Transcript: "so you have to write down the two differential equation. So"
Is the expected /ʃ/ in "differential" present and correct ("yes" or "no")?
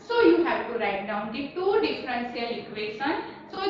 no